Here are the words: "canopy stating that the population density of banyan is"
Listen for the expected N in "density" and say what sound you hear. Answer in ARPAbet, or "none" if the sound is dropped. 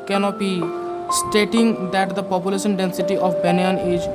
N